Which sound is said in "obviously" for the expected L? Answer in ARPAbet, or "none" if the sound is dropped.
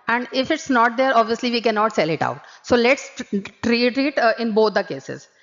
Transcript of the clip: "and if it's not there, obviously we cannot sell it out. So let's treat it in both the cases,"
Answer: L